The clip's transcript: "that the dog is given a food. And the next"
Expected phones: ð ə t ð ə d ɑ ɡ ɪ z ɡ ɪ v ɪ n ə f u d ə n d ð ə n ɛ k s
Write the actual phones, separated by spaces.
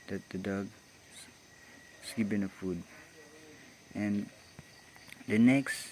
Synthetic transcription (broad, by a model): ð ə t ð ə d ɑ ɡ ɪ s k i p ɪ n ə f u d ə n d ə n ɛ k s